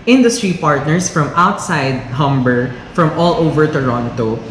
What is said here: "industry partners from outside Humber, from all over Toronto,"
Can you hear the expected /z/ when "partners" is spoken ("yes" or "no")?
no